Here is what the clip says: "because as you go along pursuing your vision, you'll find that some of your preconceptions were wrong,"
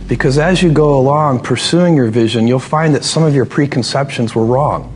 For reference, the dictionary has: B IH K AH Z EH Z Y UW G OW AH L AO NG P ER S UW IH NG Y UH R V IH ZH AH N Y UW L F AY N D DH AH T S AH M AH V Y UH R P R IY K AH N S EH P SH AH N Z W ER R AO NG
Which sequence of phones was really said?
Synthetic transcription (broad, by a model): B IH K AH Z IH Z Y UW G OW AH L AO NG P ER S UW IH NG Y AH R V IH ZH AH N Y UW L F AY N DH AH T S AH M AH V Y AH R P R IY K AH N S EH P SH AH N Z W ER R AO NG